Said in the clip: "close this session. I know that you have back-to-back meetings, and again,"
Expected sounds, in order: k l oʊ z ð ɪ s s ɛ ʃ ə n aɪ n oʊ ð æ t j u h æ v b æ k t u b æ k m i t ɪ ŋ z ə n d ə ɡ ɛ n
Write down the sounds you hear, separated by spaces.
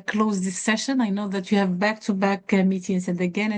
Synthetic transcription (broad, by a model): k l oʊ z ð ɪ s s ɛ ʃ ə n aɪ n oʊ ð æ t j u h æ v b æ k t u b æ k m i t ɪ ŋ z ə n d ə ɡ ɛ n